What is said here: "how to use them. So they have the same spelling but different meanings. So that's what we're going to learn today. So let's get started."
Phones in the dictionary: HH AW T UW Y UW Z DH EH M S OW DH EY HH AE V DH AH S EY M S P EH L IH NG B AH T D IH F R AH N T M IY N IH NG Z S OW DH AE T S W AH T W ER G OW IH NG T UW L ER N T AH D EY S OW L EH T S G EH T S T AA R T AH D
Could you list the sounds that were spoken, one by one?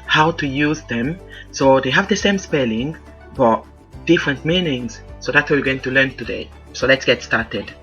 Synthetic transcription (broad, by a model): HH AW T UW Y UW Z DH EH M S OW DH EY HH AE V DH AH S EY M S P EH L IH NG B AH T D IH F R AH N T M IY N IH NG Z S OW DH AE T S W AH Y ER G OW IH NG T UW L ER N T AH D EY S OW L EH T S G EH T S T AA R T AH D